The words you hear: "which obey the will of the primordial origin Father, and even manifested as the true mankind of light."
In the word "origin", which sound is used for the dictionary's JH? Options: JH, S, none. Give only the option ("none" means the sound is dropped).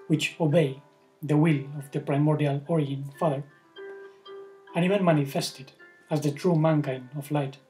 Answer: none